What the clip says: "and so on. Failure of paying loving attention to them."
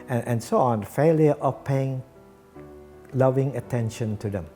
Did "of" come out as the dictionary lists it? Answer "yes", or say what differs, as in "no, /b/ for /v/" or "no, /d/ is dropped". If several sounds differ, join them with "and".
no, /f/ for /v/